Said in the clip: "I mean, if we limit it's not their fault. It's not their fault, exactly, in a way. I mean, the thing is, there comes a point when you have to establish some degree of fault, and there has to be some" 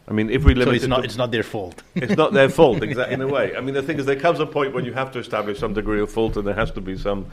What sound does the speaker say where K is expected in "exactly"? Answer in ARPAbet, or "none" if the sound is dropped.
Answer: none